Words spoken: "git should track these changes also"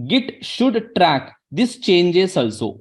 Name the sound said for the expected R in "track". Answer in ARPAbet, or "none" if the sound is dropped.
R